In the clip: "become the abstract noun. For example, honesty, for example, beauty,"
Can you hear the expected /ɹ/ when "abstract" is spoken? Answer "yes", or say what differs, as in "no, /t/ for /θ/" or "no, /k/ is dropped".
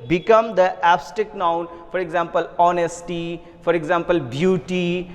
no, /ɹ/ is dropped